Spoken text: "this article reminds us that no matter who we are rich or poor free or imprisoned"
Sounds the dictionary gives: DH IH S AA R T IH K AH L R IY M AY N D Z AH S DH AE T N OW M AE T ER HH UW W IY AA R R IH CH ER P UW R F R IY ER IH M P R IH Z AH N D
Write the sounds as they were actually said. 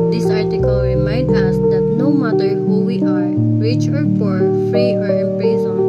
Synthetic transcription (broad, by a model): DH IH S AA R T IH K AH L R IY M AY N D AH S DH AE T N OW M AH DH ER HH UW W IY AA R R IH CH ER F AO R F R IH ER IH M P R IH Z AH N